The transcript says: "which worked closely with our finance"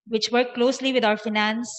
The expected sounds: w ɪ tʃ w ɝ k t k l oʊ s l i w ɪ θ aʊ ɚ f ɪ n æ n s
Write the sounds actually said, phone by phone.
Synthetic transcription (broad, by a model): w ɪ tʃ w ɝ t k l oʊ s l i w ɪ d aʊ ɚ f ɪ n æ n s